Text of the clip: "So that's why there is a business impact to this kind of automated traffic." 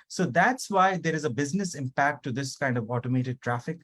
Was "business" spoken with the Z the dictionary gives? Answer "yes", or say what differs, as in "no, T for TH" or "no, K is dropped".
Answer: yes